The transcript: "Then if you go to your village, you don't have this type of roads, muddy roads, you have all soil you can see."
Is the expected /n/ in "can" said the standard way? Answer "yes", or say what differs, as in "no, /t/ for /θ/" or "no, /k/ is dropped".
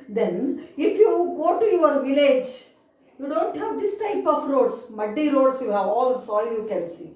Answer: no, /l/ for /n/